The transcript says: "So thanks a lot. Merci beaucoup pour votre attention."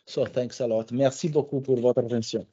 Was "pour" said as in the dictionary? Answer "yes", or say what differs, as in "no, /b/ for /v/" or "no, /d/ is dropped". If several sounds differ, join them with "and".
yes